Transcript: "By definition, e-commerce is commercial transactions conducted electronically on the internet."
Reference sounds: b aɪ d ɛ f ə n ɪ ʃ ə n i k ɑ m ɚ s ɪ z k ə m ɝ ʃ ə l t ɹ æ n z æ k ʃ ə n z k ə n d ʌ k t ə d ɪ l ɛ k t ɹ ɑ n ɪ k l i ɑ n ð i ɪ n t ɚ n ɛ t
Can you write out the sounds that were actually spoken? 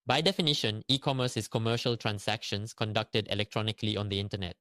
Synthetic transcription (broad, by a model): b aɪ d ɛ f ə n ɪ ʃ ə n i k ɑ m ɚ s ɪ s k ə m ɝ ʃ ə l t ɹ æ n s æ k ʃ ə n s k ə n d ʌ k t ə d ɪ l ɛ k t ɹ ɑ n ɪ k l i ɑ n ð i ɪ n t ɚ n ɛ t